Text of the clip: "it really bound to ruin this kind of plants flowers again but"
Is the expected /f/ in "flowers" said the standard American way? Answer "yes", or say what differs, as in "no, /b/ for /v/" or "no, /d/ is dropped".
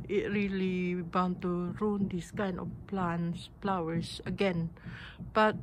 no, /p/ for /f/